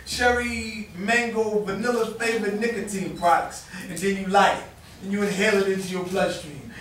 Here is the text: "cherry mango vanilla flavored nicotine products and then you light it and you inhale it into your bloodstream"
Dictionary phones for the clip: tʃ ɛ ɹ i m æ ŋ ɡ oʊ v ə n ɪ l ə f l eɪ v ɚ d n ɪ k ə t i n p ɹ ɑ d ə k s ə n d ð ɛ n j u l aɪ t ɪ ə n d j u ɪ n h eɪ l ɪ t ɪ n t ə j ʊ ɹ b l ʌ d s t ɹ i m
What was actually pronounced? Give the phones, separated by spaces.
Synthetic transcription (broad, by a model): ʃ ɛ ɹ i m æ ŋ ɡ oʊ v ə n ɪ l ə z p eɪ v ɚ n ɪ k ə t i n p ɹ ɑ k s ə n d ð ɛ n j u l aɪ ɪ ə n j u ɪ h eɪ l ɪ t ɪ n t ə j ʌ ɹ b l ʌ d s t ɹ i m